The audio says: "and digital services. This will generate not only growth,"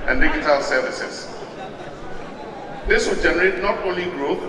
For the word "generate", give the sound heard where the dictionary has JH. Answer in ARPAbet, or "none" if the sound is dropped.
JH